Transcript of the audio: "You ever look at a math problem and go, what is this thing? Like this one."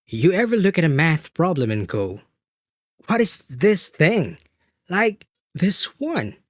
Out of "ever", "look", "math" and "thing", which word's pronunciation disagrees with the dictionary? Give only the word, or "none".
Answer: none